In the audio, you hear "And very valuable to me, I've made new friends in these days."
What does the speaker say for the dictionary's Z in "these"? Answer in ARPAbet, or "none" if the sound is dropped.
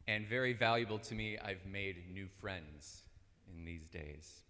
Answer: Z